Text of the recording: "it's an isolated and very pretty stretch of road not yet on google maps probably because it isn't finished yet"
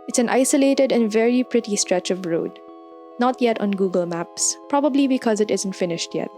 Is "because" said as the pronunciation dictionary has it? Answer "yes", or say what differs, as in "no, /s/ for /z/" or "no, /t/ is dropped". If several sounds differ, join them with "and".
yes